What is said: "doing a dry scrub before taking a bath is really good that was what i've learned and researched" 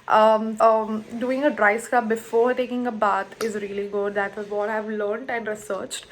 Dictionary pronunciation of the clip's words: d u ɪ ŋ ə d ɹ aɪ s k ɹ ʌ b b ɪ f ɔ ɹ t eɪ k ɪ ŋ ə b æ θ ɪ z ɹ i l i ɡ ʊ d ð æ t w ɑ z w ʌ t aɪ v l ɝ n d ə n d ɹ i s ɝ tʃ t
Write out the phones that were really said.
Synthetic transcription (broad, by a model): d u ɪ ŋ ə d ɹ aɪ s k ʌ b b ɪ f ɔ ɹ t eɪ k ɪ ŋ ə b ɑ t ɪ z ɹ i l i ɡ ʊ d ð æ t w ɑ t aɪ v l ɝ n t ə n d ɹ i s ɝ tʃ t